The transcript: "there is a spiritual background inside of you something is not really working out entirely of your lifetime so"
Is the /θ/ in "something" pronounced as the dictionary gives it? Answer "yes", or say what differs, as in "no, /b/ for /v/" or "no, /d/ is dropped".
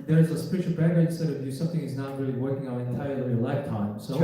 yes